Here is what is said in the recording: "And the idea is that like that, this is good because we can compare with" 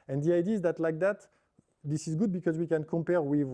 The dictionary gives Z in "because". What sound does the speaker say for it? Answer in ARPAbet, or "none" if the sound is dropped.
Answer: Z